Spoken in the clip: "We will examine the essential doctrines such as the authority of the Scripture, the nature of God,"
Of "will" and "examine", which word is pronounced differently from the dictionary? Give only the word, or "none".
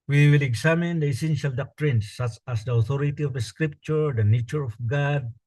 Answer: examine